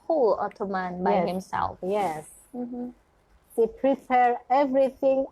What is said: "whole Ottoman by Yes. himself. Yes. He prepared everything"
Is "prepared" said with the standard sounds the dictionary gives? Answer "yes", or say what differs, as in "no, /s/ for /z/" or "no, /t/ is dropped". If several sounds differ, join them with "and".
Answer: no, /d/ is dropped